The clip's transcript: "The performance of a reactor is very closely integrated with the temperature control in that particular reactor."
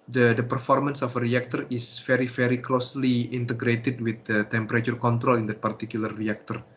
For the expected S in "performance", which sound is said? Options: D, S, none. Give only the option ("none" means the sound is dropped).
S